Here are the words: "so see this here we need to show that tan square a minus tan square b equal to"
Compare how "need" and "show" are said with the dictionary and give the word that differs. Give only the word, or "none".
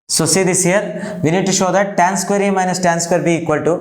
none